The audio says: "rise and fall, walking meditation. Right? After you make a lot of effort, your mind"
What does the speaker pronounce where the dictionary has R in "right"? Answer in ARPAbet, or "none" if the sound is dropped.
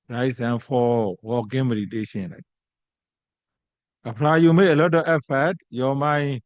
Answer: L